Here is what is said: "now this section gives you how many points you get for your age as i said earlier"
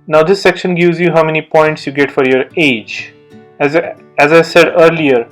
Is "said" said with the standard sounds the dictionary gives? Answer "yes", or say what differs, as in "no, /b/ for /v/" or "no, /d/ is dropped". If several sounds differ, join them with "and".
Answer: yes